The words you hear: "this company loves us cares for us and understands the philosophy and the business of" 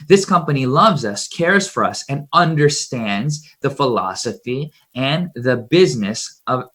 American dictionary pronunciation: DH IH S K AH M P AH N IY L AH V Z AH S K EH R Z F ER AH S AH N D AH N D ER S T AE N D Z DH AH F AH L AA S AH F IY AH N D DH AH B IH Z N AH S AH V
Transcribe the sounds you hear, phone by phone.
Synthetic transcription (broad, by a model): DH IH S K AH M P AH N IY L AH V Z AH S K EH R Z F ER AH S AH N AH N D ER S T AE N D Z DH AH F AH L AA S AH F IY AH N DH AH B IH Z N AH S AH V